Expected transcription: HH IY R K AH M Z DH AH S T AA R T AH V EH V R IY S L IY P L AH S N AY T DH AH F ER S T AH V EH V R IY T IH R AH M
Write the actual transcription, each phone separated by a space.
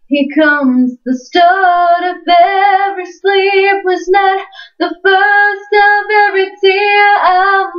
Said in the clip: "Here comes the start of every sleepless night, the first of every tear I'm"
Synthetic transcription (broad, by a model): HH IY K AH M Z DH AH S T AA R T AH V EH V R IY S L IY P W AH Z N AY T DH AH F ER S T AH V EH V R IY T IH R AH